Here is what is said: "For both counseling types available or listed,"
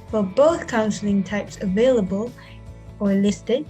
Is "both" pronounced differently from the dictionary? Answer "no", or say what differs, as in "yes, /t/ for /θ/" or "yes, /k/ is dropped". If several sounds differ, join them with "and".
no